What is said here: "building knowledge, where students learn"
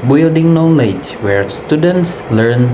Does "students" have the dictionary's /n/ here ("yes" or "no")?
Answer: yes